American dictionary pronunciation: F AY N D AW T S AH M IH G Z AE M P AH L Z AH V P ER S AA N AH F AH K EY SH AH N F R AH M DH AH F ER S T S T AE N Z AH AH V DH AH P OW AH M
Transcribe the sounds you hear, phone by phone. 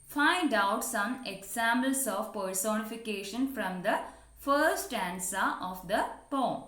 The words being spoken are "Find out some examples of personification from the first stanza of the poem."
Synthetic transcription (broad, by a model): F AY N D AW T S AH M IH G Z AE M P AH L S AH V P ER S AA N AH F AH K EY SH AH N F R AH M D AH F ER T S T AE N S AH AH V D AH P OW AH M